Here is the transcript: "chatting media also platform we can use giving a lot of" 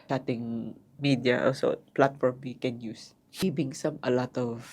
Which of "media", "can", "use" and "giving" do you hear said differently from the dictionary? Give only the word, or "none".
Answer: giving